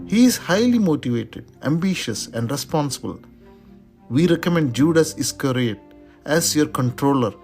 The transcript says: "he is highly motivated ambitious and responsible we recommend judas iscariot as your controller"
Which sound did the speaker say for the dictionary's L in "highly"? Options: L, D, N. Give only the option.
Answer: L